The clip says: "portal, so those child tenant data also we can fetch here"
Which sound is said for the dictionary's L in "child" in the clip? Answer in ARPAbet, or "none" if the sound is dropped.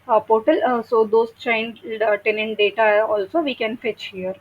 N